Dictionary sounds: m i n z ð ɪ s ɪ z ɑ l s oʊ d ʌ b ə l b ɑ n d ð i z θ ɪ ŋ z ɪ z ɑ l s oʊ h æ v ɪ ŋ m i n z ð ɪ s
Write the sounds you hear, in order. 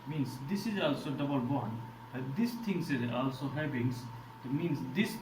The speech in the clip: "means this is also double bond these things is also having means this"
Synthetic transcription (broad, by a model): m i n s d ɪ s ɪ z ɑ l s oʊ d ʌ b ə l b ɑ n d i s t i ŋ s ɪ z ɑ l s oʊ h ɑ b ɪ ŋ m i n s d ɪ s